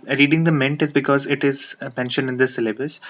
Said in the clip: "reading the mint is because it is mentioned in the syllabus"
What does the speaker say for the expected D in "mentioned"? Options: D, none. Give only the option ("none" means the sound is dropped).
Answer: none